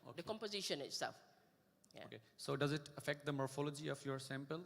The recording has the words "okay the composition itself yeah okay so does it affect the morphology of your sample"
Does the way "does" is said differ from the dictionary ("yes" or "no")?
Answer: no